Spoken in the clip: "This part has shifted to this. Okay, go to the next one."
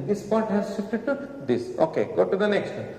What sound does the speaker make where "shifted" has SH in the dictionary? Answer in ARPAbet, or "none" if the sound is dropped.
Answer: S